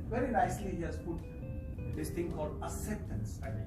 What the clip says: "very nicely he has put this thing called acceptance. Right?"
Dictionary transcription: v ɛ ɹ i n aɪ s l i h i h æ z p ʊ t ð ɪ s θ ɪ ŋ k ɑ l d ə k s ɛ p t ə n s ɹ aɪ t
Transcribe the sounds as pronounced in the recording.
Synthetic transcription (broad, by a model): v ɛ ɹ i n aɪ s l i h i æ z p ʊ t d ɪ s t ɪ ŋ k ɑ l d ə s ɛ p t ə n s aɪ